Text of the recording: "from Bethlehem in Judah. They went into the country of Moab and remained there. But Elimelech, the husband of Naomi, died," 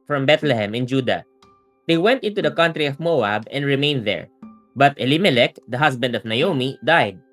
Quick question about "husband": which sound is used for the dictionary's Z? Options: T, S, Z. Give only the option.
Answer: S